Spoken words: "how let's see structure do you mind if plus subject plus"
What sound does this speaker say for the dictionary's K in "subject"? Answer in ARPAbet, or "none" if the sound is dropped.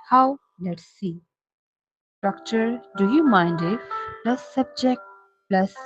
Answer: K